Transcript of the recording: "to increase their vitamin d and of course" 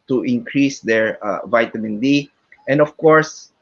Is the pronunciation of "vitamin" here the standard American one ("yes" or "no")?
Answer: yes